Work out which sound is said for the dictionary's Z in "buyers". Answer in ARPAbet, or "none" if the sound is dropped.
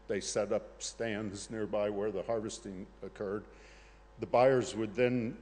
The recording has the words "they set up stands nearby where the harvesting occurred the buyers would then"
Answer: Z